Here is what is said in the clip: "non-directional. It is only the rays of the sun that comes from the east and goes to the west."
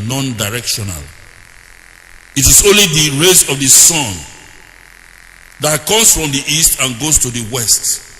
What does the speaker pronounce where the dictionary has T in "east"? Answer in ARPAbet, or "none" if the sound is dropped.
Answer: T